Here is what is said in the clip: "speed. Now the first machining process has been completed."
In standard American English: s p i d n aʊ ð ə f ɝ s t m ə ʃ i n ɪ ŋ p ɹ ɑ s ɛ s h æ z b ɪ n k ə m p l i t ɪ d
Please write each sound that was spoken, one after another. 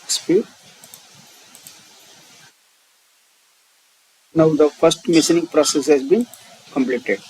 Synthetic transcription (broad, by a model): s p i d n aʊ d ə f ɝ s t m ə s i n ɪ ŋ p ɹ ɑ s ɛ s h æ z b ɪ n k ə m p l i t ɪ d